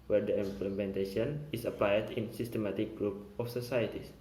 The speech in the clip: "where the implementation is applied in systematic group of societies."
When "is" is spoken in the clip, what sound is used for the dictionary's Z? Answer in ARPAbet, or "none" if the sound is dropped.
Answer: S